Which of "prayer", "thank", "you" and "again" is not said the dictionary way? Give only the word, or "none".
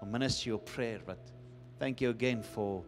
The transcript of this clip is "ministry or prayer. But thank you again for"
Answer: none